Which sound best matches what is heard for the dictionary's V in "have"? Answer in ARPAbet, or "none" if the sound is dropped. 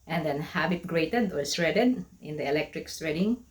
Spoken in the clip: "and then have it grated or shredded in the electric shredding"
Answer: B